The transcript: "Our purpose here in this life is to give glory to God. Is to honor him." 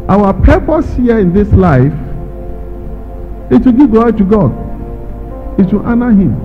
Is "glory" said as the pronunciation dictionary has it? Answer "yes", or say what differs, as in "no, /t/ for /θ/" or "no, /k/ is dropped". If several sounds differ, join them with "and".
no, /l/ is dropped